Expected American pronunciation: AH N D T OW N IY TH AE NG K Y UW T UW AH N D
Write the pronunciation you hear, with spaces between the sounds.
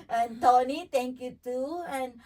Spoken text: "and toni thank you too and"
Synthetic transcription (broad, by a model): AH N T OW N IY T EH NG K Y UW T UW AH N